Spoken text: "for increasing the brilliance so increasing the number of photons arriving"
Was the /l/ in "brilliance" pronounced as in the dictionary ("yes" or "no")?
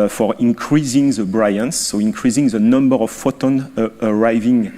no